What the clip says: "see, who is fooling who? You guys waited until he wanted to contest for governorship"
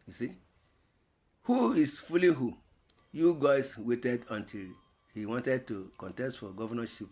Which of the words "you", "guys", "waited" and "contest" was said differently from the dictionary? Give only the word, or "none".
guys